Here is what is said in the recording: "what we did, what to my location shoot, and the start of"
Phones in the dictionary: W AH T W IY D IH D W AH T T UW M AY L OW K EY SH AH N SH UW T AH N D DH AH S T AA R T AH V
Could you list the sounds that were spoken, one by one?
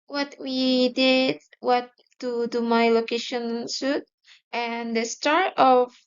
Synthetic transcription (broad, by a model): W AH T W IY D IH D W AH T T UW M AY L OW K EY SH AH N S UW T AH N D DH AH S T AA R T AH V